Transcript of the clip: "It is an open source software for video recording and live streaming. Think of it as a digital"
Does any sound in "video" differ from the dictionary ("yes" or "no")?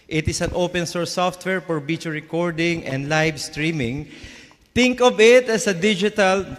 yes